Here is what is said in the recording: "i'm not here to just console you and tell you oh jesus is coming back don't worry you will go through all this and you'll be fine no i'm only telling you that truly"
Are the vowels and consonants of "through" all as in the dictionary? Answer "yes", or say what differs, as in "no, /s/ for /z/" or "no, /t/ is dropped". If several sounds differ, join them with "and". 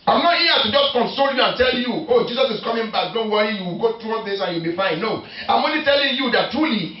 no, /t/ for /θ/